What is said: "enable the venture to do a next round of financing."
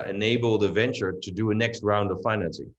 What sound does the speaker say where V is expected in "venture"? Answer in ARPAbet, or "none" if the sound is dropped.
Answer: V